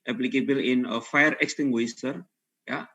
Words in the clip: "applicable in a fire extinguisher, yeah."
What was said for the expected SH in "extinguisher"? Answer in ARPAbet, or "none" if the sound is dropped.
S